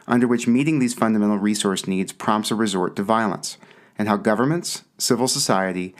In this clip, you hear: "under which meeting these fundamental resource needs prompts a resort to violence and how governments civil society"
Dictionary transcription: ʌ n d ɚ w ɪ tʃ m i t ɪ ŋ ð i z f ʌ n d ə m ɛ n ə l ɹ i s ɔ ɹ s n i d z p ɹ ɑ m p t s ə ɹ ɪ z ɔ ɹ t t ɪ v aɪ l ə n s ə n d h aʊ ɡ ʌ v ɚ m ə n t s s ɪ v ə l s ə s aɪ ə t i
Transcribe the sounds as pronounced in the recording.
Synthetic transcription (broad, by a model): ʌ n d ɚ w ɪ tʃ m i t ɪ ŋ ð i z f ʌ n d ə m ɛ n l ɹ i s ɔ ɹ s n i d z p ɹ ɑ m p t s ə ɹ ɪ z ɔ ɹ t t ɪ v aɪ l ə n s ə n h aʊ ɡ ʌ v ɚ m ə n t s s ɪ v l s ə s aɪ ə t i